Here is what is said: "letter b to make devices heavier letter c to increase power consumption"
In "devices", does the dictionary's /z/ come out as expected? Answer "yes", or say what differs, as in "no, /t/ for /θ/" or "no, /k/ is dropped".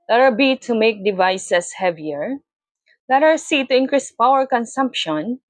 no, /s/ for /z/